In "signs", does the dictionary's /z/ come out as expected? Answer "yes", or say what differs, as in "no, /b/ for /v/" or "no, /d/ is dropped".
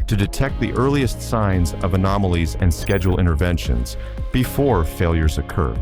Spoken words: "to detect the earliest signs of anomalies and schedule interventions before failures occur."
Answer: yes